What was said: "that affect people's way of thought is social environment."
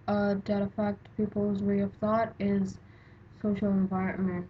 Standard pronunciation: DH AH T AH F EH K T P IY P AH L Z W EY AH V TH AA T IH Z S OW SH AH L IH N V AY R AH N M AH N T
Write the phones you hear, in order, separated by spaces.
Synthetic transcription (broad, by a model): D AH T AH F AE K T P IY P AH L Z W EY AH V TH AA T IH Z S OW SH AH L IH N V AY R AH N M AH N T